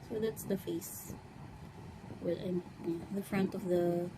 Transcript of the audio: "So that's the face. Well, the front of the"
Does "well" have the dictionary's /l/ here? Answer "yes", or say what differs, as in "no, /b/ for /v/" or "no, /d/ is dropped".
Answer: no, /n/ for /l/